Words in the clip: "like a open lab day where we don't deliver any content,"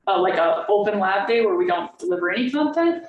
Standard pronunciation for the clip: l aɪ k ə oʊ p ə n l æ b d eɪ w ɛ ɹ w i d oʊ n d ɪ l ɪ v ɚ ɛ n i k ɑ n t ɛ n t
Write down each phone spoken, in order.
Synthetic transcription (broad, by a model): l aɪ k ə oʊ p ə n l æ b d eɪ w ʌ ɹ w i d oʊ n d ɪ l ɪ v ɚ ɛ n i k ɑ n t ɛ n t